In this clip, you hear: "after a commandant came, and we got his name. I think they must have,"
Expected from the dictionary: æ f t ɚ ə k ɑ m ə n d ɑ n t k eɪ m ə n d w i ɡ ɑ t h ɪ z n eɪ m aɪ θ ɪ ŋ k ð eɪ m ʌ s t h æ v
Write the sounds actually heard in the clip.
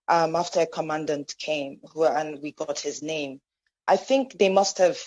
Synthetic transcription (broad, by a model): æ f t ɚ ə k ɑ m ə n d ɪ n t k eɪ m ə n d w i ɡ ɑ t h ɪ z n eɪ m aɪ θ ɪ ŋ k ð eɪ m ʌ s t h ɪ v